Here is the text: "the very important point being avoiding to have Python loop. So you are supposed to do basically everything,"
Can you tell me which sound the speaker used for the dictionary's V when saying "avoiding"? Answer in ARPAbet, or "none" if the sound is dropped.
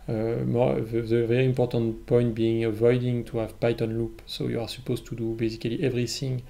V